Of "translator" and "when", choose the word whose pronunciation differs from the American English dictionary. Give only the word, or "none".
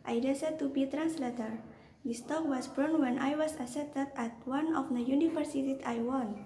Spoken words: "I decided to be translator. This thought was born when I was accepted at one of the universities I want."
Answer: none